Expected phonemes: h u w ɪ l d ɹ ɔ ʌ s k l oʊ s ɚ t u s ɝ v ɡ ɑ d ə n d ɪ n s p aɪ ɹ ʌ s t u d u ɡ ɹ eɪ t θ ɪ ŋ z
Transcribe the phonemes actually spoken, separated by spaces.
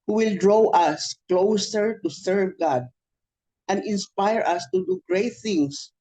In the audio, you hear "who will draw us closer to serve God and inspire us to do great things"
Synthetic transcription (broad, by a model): h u w ɪ l d ɹ ɔ ʌ s k l oʊ s ɚ t u s ɝ v ɡ ɑ d ə n d ɪ n s p aɪ ɹ ʌ s t u d u ɡ ɹ eɪ t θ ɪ ŋ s